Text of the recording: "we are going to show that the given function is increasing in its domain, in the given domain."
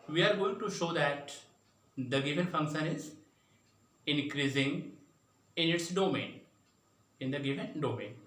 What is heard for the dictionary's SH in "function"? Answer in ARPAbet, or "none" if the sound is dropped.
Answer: SH